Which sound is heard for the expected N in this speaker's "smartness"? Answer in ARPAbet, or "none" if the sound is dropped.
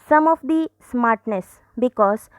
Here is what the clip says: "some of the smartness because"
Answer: N